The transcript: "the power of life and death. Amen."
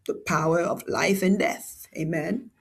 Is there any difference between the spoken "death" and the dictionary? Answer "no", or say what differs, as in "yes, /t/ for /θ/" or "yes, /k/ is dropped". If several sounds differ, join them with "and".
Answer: no